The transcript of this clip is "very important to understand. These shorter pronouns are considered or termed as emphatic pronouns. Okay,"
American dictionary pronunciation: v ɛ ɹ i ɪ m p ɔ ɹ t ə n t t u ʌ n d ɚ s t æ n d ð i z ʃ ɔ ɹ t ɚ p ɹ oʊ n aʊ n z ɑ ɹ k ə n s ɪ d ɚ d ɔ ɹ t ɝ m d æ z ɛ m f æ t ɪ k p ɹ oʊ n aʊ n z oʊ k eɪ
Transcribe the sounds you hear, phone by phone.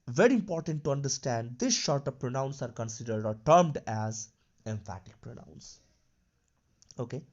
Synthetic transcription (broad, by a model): v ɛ ɹ i ɪ m p ɔ ɹ t ə n t t u ʌ n d ɚ s t æ n d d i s ʃ ɔ ɹ t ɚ p ɹ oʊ n aʊ n s ɑ ɹ k ə n s ɪ d ɚ d ɔ ɹ t ɝ m d æ z ɛ m f æ t ɪ k p ɹ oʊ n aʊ n s oʊ k eɪ